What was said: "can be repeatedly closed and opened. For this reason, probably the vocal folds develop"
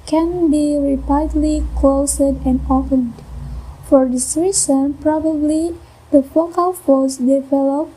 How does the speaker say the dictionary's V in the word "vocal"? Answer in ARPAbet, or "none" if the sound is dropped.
F